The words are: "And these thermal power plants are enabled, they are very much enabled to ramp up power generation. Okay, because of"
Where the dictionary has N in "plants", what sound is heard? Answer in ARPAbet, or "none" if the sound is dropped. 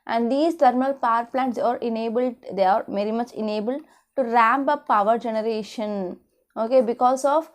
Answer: N